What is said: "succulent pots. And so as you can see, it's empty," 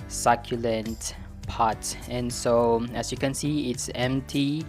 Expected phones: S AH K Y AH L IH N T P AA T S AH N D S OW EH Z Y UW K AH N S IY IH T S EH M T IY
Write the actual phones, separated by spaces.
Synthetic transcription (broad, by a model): S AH K Y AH L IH N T P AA T AH N S OW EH S Y UW K AH N S IY IH T S EH M T IY